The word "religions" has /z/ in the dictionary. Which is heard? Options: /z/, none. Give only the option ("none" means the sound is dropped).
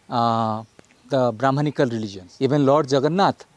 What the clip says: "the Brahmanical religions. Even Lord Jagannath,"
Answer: none